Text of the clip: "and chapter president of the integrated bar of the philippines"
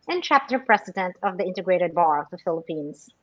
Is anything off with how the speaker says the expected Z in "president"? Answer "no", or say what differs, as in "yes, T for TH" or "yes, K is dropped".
yes, S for Z